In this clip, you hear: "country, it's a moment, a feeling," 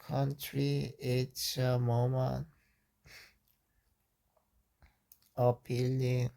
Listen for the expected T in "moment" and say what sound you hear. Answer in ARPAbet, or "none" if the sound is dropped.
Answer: none